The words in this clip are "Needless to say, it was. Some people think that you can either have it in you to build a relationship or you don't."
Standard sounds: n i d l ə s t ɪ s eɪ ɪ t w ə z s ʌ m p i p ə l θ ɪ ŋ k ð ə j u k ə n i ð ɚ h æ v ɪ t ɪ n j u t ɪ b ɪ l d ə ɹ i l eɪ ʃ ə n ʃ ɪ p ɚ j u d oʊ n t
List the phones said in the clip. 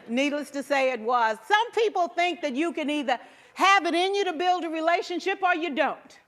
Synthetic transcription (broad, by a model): n i d l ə s t ɪ s eɪ ɪ t w ə z s ʌ m p i p l θ ɪ ŋ k ð ə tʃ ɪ k ə n i ð ɚ h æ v ɪ t ɪ n j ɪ t ɪ b ɪ l d ə ɹ i l eɪ ʃ ə n ʃ ɪ p ɚ j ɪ d oʊ n t